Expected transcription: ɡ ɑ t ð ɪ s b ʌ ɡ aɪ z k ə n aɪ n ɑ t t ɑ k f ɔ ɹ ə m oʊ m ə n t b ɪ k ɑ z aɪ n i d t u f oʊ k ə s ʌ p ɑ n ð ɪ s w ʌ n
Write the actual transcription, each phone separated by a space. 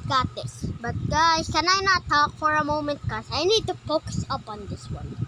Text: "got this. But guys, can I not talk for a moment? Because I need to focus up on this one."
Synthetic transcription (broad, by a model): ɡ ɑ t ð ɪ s b ʌ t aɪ k ə n aɪ n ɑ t t ɑ k f ɔ ɹ ə m oʊ m ə n t k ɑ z aɪ n i d t u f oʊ k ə s ʌ p ɑ n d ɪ s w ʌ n